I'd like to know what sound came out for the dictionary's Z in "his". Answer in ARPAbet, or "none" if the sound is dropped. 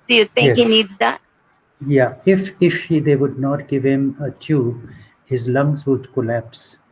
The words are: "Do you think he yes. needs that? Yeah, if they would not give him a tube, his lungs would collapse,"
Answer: Z